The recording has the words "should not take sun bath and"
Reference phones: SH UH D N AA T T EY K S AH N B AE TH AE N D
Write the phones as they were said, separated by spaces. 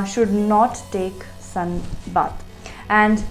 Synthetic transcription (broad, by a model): SH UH D N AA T T EY K S AH N B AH T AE N D